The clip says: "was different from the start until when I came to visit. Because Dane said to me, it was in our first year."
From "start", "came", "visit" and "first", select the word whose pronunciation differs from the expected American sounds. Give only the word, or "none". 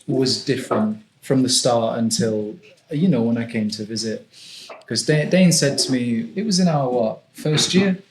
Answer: none